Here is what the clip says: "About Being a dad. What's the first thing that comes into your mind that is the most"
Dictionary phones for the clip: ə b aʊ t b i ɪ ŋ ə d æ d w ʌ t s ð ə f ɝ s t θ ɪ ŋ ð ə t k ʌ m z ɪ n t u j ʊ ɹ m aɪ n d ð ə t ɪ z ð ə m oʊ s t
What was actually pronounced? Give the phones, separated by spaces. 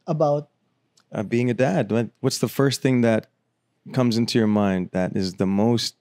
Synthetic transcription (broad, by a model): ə b aʊ t b i ɪ ŋ ə d æ d w ʌ t s ð ə f ɝ s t θ ɪ ŋ ð ə t k ʌ m z ɪ n t u j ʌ ɹ m aɪ n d ð ə t ɪ z ð ə m oʊ s t